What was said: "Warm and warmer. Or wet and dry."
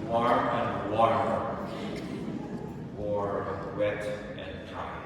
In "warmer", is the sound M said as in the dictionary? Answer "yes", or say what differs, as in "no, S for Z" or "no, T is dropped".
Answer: no, M is dropped